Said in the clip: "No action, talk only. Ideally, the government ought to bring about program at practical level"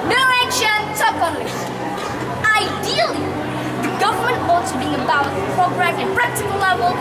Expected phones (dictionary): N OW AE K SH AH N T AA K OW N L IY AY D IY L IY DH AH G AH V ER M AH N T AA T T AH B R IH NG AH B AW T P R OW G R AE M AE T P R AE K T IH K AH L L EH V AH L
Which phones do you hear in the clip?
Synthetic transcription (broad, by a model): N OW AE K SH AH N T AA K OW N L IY AY D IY L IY DH AH G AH V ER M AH N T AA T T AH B IH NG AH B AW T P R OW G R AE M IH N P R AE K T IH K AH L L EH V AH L